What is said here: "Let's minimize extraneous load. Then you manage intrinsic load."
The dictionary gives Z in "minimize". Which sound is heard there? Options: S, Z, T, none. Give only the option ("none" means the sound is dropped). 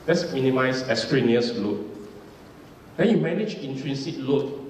S